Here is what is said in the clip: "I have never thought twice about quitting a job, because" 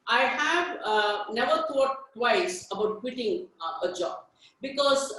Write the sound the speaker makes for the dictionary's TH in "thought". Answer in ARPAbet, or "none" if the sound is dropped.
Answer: T